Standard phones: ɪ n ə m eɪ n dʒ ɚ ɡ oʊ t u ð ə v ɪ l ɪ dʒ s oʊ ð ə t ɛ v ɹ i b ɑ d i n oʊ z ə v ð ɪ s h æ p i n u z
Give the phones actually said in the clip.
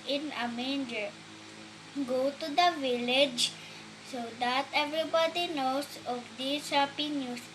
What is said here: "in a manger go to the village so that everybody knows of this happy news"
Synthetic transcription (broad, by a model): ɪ n ə m eɪ n dʒ ɚ ɡ oʊ t u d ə v ɪ l ɪ dʒ s oʊ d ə t ɛ v ɹ i b ɑ d i n oʊ s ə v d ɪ s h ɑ p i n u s